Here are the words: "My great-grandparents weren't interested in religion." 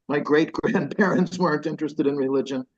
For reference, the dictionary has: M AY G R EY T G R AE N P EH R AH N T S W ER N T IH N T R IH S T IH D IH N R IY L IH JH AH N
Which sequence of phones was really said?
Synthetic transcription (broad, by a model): M AY G R EY T G R AE N P EH R AH N T S W ER N T IH N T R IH S T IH D IH N R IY L IH JH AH N